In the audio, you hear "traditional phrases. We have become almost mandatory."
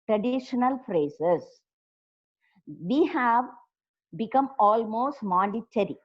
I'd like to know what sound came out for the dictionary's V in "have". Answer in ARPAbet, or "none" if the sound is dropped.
V